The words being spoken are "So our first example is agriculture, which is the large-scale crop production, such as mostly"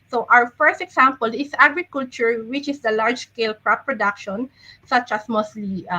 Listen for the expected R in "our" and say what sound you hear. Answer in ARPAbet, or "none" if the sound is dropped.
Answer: W